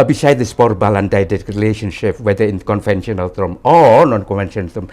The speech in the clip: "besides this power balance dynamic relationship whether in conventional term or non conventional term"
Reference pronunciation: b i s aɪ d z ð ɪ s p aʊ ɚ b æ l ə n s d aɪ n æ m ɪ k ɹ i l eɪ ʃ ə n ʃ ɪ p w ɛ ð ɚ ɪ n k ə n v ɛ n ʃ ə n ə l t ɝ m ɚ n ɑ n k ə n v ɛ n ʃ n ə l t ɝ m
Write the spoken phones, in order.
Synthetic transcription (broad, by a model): b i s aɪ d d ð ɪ s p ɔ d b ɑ l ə n d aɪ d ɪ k ɹ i l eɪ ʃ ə n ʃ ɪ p w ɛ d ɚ ɪ n k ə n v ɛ n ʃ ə n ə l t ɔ m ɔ n ɑ n k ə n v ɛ n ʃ ə n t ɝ m